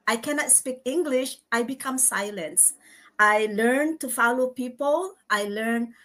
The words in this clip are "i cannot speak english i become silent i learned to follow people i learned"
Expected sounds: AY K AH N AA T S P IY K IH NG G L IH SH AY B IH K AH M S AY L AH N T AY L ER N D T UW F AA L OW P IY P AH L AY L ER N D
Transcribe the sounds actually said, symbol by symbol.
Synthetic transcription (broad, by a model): AY K AH N AA T S P IY K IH NG G L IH SH AY B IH K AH M S AY L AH N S AY L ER N T UW F AA L OW P IY P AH L AY L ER N